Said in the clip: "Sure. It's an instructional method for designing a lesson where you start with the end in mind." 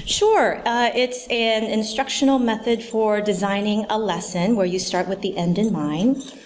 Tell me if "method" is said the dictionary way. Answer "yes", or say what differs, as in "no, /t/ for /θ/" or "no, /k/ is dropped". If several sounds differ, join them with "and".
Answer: yes